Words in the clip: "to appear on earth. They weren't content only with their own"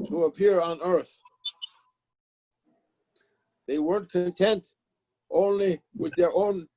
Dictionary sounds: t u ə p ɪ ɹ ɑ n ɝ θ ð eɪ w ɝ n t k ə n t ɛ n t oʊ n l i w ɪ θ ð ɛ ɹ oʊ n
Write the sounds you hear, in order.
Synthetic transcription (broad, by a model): t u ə p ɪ ɹ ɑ n ɝ θ ð eɪ w ɝ n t k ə n t ɛ n t oʊ n l i w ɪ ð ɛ ɹ oʊ n